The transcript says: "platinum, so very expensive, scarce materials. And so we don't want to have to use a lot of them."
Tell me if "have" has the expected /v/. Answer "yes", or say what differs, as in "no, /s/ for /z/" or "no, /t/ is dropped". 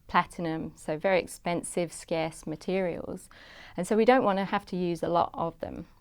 no, /f/ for /v/